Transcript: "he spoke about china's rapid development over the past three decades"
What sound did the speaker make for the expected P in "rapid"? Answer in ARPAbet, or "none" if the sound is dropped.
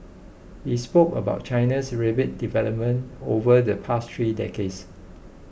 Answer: B